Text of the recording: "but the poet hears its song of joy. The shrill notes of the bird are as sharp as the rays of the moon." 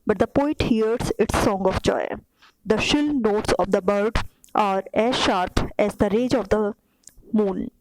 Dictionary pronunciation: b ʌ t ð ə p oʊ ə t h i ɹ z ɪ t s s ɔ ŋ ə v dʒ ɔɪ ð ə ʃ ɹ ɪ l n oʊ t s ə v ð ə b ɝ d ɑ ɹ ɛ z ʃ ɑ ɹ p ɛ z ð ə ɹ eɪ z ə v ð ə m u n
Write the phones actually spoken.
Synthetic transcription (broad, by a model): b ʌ t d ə p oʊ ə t h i ɹ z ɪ t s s ɔ ŋ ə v dʒ ɔɪ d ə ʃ ɪ l n oʊ t s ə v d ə b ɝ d ɑ ɹ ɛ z ʃ ɑ ɹ p ɛ z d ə ɹ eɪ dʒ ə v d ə m u n